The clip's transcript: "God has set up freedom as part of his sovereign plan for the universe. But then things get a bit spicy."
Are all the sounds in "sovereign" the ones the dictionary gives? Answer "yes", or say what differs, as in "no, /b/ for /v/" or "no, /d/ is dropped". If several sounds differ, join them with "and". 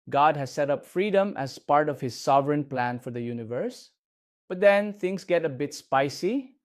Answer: yes